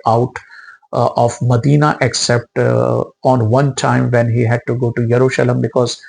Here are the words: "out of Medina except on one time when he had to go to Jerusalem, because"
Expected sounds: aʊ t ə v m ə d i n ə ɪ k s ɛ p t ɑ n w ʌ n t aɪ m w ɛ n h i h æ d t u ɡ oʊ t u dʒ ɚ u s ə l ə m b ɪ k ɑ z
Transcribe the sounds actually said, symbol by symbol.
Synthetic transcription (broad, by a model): aʊ t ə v m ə d i n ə ɪ k s ɛ p t ɑ n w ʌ n t aɪ m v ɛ n h i h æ d t u ɡ oʊ t u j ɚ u ʃ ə l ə m b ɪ k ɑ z